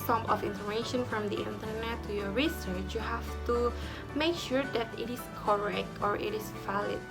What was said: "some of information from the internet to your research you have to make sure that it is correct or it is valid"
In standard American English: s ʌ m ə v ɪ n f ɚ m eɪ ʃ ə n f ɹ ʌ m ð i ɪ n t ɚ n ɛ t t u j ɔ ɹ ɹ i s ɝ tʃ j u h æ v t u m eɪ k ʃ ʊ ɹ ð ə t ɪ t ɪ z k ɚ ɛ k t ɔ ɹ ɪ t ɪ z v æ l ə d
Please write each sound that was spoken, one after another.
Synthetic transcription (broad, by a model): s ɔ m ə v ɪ n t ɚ eɪ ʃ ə n f ɹ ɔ m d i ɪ n t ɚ n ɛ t t u j ɔ ɹ ɹ i s ɝ tʃ j u h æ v t u m eɪ k ʃ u ɹ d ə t ɪ t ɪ s k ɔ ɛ k t ɔ ɹ ɪ t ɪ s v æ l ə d